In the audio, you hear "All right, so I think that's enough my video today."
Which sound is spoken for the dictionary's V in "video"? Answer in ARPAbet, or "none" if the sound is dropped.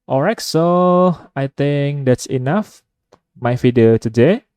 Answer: F